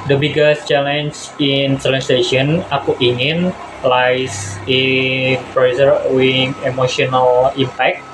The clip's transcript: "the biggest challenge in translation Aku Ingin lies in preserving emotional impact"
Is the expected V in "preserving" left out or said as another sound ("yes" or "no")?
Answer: yes